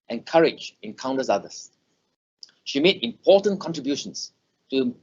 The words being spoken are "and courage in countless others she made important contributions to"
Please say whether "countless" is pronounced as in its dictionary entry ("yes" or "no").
no